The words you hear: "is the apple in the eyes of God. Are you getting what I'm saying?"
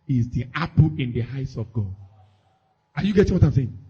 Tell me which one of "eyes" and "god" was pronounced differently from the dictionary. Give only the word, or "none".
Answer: eyes